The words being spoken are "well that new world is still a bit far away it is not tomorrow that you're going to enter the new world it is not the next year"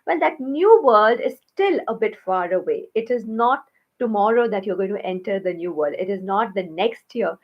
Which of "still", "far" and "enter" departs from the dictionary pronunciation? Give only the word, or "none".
none